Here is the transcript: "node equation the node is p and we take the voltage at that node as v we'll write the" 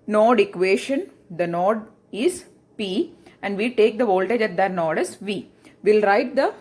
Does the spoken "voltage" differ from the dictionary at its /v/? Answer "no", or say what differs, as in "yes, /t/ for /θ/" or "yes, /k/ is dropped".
no